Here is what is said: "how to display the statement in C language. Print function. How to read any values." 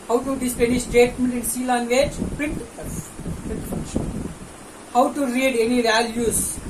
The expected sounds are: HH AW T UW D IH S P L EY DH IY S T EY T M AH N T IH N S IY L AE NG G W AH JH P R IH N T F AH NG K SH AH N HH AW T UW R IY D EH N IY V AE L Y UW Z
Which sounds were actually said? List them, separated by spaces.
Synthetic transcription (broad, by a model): HH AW T UW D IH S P EY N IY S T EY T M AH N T IH N S IY L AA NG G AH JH P R IH N T P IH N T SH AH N HH AW T UW R IY D EH N IY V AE L Y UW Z